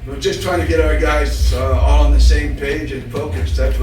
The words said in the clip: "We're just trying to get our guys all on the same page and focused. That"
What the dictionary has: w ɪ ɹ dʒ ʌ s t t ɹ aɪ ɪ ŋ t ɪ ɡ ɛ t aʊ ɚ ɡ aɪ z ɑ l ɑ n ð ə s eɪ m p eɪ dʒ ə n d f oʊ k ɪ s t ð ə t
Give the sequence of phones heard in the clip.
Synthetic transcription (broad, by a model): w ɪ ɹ dʒ ʌ s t t ɹ aɪ ɪ ŋ t ɪ ɡ ɛ t aʊ ɚ ɡ aɪ z ɑ l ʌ n ð ə s eɪ m p eɪ dʒ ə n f oʊ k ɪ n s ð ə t